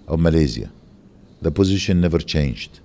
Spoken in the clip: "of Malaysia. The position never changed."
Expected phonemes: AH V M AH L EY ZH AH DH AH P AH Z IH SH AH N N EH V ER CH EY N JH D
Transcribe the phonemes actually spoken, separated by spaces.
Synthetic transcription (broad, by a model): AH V M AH L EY Z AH DH AH P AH Z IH SH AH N N EH V ER CH EY N JH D